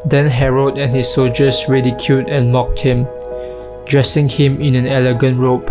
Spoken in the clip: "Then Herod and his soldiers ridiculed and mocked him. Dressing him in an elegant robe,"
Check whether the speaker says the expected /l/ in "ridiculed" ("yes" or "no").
no